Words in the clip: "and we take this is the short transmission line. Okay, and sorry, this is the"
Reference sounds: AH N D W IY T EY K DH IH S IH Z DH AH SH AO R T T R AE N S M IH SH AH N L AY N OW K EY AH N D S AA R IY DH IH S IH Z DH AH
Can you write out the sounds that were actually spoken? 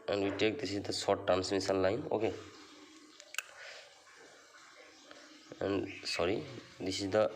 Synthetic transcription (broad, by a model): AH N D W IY T EY K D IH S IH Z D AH S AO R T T AE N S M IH S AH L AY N OW K EY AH N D S AA R IY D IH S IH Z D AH